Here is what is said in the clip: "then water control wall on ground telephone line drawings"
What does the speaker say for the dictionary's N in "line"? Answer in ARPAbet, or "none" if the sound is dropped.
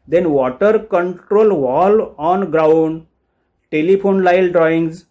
L